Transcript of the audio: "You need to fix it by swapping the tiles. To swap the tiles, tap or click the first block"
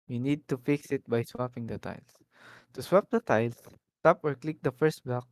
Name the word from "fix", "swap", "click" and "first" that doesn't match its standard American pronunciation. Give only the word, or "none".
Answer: none